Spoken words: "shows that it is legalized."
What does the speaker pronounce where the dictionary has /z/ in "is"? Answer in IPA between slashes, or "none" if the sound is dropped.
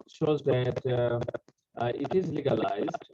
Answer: /z/